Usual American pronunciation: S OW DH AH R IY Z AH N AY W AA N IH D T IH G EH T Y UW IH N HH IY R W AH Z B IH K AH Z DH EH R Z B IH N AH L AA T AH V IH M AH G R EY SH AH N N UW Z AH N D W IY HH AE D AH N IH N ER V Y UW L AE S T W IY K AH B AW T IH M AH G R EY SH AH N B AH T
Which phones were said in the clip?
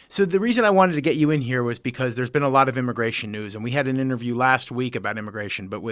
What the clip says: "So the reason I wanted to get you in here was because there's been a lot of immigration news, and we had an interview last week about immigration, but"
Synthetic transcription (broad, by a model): S OW DH AH R IY Z AH N AY W AA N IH D T IH G EH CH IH IH N HH IY R W AH Z B IH K AH Z DH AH R Z B IH N AH L AA T AH V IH M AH G R EY SH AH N N UW Z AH N W IY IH D AH N IH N ER V Y UW L AE S T W IY K AH B AW T IH M AH G R EY SH AH N B AH T